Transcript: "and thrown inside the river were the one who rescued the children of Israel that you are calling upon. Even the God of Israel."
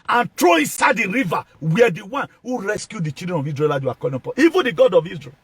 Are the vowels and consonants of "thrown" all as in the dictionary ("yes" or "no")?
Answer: no